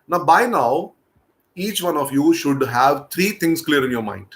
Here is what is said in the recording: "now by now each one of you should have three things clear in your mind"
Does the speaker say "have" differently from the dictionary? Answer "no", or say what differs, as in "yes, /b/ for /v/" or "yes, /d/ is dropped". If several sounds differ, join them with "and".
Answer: no